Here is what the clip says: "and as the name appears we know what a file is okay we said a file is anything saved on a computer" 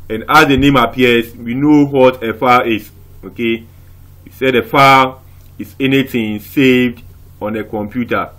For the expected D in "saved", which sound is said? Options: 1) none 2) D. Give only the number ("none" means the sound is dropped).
2